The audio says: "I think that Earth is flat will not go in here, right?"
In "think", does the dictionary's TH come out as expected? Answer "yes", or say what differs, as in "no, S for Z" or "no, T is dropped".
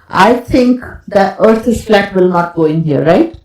no, T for TH